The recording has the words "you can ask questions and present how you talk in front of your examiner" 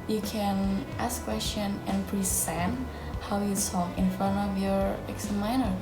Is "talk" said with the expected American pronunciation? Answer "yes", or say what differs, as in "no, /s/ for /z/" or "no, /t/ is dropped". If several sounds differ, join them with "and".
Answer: no, /s/ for /t/